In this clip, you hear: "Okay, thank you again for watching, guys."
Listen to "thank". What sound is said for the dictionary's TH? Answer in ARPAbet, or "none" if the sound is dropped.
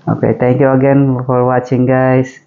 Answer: T